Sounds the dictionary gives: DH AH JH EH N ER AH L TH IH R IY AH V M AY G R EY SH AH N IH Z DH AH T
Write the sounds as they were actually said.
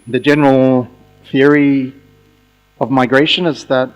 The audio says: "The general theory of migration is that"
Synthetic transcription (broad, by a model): DH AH JH EH N ER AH L TH IH R IY AH V M AY G R EY SH AH N IH Z DH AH T